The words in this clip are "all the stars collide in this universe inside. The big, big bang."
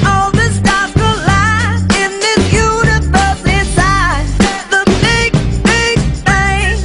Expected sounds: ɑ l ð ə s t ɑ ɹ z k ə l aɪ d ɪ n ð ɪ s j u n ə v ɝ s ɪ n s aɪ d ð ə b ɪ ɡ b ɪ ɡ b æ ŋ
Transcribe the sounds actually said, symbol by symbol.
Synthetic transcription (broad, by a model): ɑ l ð ə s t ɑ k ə l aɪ ɪ n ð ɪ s j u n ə v ɝ s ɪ s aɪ ð ə b ɪ ɡ b ɪ ɡ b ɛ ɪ